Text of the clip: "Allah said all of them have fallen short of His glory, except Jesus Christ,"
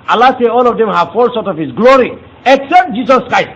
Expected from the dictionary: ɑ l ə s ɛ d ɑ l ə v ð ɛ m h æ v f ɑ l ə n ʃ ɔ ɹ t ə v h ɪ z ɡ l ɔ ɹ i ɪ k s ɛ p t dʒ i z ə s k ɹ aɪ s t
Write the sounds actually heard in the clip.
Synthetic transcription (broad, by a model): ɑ l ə s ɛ ɑ l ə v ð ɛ m h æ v f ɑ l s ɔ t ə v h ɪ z ɡ l ɔ ɹ i ɪ k s ɛ p t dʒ i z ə s k ɹ aɪ s t